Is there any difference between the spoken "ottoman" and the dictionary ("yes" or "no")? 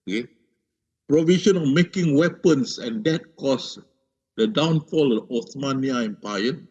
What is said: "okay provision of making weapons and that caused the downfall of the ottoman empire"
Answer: yes